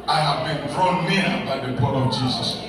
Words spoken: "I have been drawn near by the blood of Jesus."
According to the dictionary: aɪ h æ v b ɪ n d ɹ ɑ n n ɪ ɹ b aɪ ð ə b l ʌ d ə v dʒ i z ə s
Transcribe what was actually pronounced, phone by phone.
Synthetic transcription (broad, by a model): aɪ h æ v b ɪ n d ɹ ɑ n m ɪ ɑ b aɪ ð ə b ɔ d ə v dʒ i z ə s